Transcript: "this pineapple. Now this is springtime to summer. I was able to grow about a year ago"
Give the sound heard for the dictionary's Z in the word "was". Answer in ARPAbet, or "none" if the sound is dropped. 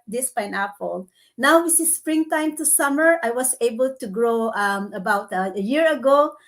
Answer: S